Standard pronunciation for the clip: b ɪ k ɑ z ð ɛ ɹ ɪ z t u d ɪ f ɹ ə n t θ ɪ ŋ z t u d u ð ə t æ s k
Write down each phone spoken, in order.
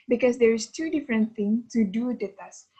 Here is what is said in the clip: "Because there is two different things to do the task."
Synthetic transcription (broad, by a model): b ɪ k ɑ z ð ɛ ɹ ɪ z t u d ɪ f ɹ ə n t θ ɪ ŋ t u d u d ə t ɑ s